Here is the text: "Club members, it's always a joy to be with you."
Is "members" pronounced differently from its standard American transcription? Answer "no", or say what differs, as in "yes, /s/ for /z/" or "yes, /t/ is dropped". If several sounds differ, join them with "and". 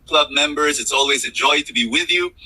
no